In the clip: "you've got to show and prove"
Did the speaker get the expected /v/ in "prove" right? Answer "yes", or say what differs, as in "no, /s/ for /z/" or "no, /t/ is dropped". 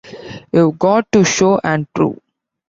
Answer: no, /v/ is dropped